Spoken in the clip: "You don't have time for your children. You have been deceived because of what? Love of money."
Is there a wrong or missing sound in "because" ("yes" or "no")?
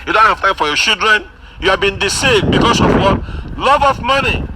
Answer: yes